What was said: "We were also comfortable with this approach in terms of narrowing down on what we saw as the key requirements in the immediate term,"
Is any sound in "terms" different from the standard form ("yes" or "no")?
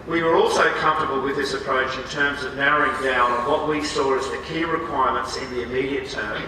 no